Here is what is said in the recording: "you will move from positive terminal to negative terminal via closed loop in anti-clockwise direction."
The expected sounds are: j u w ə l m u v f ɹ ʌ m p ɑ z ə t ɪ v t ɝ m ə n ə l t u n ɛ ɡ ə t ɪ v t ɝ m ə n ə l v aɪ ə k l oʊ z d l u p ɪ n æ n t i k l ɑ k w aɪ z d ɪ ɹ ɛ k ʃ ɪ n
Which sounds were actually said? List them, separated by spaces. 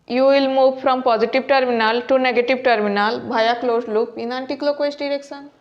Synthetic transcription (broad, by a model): j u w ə l m u v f ɹ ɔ m p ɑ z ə t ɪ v t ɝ m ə n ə l t u n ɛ ɡ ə t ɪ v t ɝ m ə n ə l b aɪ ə k l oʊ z l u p ɪ n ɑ n t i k l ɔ k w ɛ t d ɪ ɹ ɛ k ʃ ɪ n